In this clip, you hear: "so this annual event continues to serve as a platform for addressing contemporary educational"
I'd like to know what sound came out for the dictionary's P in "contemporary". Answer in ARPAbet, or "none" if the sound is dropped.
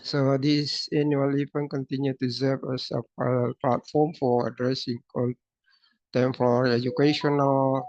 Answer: F